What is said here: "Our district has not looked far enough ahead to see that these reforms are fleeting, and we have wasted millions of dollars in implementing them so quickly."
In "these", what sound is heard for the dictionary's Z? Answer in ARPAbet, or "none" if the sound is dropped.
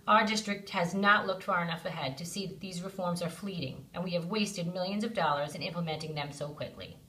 Z